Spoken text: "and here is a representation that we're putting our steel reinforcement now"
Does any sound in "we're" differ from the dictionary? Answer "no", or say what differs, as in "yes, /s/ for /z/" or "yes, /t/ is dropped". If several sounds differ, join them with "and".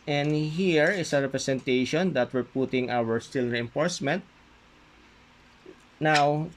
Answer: no